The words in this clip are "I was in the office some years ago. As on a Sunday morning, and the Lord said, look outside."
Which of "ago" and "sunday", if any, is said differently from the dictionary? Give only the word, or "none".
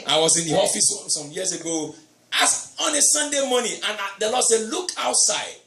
none